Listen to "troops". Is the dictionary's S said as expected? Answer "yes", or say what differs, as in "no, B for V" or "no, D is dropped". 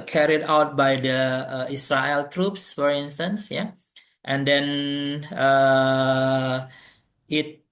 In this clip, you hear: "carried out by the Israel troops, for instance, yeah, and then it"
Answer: yes